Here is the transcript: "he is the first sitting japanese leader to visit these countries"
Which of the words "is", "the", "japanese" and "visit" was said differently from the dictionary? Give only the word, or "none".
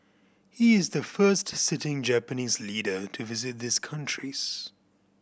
none